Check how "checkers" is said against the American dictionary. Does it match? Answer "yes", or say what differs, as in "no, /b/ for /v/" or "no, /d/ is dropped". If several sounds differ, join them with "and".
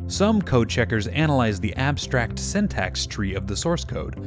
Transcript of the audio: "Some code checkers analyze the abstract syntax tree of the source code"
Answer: yes